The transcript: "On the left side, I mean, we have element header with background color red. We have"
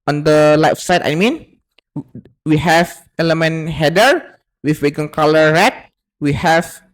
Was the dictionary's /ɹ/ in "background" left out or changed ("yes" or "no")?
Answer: yes